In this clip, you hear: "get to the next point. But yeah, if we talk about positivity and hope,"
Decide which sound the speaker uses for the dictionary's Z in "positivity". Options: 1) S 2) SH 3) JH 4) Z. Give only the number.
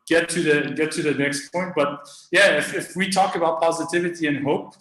4